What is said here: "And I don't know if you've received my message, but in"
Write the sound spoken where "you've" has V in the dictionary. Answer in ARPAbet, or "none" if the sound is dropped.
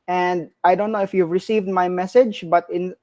V